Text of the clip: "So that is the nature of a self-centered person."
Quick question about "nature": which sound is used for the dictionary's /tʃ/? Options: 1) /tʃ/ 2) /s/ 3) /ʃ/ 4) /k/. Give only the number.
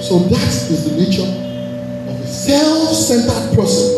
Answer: 1